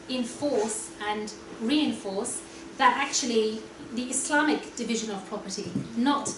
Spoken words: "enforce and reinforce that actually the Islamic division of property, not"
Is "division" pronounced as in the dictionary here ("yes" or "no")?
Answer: yes